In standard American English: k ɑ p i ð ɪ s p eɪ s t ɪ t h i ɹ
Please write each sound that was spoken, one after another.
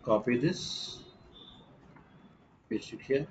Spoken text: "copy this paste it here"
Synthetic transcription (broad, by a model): k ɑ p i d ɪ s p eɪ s ɪ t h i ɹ